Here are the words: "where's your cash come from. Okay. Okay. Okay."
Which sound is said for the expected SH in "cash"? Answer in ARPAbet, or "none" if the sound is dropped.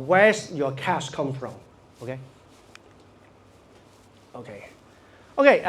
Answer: S